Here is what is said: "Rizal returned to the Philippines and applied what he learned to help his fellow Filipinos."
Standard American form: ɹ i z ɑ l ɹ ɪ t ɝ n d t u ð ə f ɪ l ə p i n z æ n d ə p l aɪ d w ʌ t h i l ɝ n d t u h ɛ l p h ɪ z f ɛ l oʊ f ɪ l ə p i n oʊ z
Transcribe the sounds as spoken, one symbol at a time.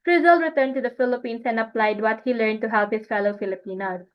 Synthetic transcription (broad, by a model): ɹ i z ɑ l ɹ ɪ t ɝ n d t u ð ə f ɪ l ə p i n s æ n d ə p l aɪ d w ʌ t h i l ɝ n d t u h ɛ l p h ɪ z f ɛ l oʊ f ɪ l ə p i n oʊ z